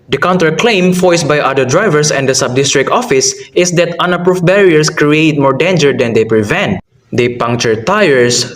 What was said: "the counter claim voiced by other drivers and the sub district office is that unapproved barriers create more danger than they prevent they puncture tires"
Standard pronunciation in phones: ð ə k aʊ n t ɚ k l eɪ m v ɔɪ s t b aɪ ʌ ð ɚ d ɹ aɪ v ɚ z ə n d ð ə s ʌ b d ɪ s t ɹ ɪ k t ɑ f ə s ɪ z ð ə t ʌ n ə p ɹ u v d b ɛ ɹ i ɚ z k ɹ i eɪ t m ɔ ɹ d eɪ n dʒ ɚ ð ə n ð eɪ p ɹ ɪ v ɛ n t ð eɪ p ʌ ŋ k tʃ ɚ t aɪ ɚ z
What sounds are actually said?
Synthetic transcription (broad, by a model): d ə k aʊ n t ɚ k l eɪ m f ɔɪ s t b aɪ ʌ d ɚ d ɹ aɪ v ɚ s ə n d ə s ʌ b d ɪ s t ɹ ɪ k t ɑ f ə s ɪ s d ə t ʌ n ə p ɹ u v b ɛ ɹ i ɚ s k ɹ i eɪ t m ɔ ɹ d eɪ n dʒ ɚ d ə n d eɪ p ɹ ɪ v ɛ n t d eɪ p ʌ ŋ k tʃ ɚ t aɪ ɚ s